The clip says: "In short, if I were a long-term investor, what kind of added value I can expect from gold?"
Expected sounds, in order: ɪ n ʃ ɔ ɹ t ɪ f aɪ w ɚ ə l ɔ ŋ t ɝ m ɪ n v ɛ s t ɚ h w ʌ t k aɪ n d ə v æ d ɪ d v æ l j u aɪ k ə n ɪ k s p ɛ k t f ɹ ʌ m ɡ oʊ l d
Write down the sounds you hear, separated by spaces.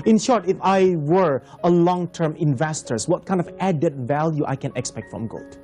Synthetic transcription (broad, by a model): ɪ n ʃ ɔ ɹ t ɪ f aɪ w ɚ ə l ɔ ŋ t ɝ m ɪ n v ɛ s t ɚ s w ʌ t k aɪ n d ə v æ d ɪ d v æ l j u aɪ k ə n ɪ k s p ɛ k t f ɹ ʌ m ɡ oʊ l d